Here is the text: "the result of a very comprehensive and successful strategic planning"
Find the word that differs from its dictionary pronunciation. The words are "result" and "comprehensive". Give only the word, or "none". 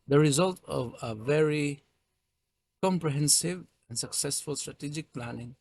none